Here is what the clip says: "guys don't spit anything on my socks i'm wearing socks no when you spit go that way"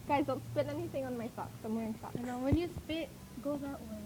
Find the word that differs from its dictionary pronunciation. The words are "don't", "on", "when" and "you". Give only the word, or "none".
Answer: none